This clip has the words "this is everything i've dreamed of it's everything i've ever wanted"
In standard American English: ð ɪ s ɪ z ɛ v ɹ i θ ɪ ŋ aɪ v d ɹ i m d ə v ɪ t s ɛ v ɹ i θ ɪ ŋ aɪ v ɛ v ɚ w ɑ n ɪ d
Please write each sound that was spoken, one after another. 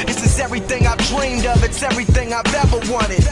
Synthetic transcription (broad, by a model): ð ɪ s ɪ z ɛ v ɹ i θ ɪ ŋ aɪ v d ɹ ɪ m d ə p ɪ t s ɛ v ɹ i θ ɪ ŋ aɪ v ɛ v ɚ w ɑ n ɪ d